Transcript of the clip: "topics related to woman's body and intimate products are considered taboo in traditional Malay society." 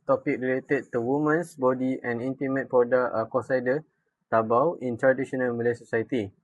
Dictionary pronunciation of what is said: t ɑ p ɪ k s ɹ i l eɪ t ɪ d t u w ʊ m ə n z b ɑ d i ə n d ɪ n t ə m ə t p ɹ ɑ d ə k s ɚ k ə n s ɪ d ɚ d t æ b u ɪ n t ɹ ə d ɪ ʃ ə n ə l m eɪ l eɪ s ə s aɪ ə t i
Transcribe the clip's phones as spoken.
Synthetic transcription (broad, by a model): t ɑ p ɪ k ɹ i l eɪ t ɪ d t u w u m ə n s b ɑ d i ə n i n t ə m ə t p ɑ d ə k ɔ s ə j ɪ d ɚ t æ b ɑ ɪ n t ɹ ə d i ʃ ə n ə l m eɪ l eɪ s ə s aɪ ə t i